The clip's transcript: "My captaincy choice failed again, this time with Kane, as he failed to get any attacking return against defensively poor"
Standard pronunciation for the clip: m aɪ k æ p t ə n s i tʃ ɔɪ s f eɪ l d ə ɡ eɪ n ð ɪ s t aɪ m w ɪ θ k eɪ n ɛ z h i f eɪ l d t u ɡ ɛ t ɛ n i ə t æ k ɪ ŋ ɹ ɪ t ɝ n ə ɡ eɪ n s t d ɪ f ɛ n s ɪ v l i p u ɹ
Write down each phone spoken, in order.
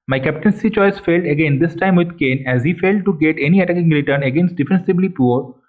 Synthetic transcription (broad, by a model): m aɪ k æ p t ə n s i tʃ ɔɪ s f eɪ l d ə ɡ eɪ n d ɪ s t aɪ m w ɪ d k eɪ n ɛ z h i f eɪ l d t u ɡ ɛ t ɛ n i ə t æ k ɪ ŋ ɹ ɪ t ɝ n ə ɡ eɪ n s t d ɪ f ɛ n s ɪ b l i p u ɹ